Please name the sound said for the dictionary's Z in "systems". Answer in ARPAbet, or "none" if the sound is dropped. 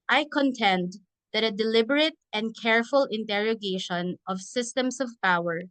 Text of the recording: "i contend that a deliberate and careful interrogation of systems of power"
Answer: S